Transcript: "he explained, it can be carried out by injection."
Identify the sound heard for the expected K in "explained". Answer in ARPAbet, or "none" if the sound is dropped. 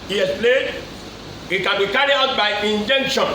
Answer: none